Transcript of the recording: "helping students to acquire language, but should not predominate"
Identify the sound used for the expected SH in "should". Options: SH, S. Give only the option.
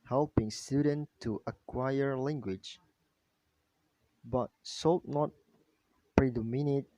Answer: S